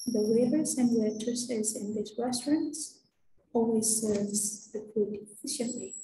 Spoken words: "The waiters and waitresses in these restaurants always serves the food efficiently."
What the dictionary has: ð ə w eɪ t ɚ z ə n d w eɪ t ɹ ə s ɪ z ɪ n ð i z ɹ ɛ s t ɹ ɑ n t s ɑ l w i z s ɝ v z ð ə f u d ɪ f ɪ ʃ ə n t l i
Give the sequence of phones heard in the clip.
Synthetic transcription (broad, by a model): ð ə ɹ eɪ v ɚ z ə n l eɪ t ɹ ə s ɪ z ɪ n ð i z ɹ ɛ s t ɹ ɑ n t s ɑ l w i z s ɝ v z ð ə f u d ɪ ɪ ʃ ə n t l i